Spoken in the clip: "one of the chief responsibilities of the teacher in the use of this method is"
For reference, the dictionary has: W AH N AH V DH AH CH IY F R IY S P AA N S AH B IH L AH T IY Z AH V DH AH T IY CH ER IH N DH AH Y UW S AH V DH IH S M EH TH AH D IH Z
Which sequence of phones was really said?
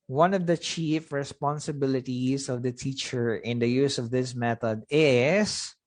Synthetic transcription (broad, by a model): W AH N AH V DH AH CH IY F R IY S P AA N S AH B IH L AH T IY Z AH V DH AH T IY CH ER IH N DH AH Y UW S AH V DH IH S M EH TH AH D IH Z